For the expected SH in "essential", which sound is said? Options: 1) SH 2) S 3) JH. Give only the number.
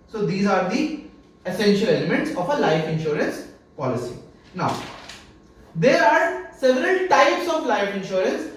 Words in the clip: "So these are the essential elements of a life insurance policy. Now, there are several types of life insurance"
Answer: 1